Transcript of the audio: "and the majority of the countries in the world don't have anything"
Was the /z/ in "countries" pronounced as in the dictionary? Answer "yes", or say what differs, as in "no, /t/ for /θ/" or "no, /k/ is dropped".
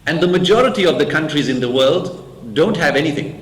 yes